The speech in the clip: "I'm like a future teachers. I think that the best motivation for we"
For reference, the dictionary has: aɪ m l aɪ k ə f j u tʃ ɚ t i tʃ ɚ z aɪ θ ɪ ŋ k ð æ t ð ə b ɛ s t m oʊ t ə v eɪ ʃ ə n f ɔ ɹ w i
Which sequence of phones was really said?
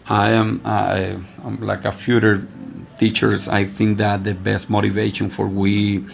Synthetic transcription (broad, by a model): aɪ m l aɪ k ə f j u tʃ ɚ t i tʃ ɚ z aɪ θ ɪ ŋ k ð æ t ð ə b ɛ s t m oʊ t ə v eɪ ʃ ə n f ɔ ɹ w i